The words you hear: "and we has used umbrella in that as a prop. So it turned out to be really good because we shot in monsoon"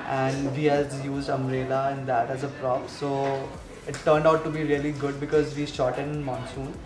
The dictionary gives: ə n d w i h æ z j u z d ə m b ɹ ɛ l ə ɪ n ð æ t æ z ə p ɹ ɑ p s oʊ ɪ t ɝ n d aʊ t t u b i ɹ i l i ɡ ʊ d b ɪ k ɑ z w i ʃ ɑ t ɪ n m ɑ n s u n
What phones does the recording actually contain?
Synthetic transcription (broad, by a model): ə n d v i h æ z j u z d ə m ɹ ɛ l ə ɪ n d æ t æ z ə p ɹ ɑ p s oʊ ɪ t ɝ n d aʊ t t u b i ɹ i l i ɡ ʊ d b ɪ k ɑ z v i ʃ ɑ t ɪ n m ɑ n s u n